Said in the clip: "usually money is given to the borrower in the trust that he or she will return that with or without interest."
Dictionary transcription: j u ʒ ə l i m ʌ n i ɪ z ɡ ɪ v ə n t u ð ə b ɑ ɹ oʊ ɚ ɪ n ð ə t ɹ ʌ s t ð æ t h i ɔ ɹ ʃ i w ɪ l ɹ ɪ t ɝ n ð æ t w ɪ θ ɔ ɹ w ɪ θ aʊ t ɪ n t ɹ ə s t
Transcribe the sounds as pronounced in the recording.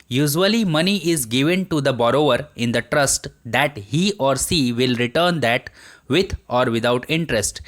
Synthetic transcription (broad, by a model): j u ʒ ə l i m ʌ n i ɪ z ɡ ɪ v ə n t u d ə b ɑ ɹ oʊ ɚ ɪ n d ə t ɹ ʌ s t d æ t h i ɔ ɹ s i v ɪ l ɹ ɪ t ɝ n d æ t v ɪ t ɔ ɹ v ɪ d aʊ t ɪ n t ɹ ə s t